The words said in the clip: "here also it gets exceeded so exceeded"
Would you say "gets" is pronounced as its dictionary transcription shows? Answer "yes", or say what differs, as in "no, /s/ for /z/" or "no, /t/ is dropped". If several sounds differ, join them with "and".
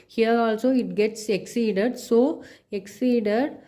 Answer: yes